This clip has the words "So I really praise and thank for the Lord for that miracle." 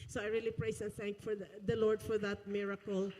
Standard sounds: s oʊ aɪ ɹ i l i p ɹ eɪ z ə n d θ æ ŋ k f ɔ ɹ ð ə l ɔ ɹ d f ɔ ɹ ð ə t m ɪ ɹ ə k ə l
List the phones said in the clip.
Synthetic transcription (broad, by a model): s oʊ aɪ ɹ i l i p ɹ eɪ s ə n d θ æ ŋ k f ɔ ɹ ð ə l ɔ ɹ d f ɔ ɹ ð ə t m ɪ ɹ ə k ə l